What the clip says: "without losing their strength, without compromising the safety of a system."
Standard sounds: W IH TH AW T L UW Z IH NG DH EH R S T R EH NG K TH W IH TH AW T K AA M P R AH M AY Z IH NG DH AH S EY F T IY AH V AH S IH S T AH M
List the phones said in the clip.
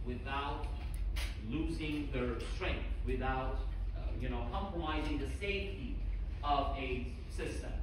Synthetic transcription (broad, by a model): W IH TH AW T L UW Z IH NG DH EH R S T R EH NG K TH W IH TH AW T K AA M P R AH M AY Z IH NG DH AH S EY F T IY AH V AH S IH S T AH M